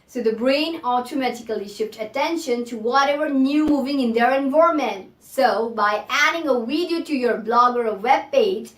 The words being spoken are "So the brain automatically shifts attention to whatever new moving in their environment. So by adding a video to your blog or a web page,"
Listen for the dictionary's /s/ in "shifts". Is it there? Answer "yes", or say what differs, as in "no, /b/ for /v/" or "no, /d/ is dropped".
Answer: no, /s/ is dropped